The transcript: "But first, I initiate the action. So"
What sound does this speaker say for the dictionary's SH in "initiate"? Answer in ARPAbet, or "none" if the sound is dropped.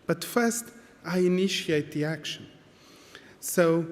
SH